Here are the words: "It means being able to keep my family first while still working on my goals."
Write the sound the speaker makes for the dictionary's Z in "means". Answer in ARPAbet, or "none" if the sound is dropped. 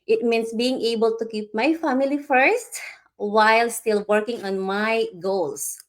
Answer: S